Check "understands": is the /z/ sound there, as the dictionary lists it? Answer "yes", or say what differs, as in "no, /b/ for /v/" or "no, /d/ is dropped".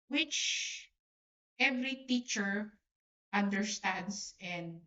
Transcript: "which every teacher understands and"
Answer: no, /s/ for /z/